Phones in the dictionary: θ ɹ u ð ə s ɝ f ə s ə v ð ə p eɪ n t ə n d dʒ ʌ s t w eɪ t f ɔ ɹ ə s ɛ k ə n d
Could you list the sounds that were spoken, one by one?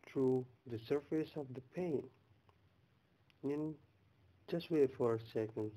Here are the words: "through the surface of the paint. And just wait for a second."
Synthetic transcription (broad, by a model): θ ɹ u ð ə s ɝ f ə s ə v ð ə p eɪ n ə n dʒ ʌ s t w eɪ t f ɔ ɹ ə s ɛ k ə n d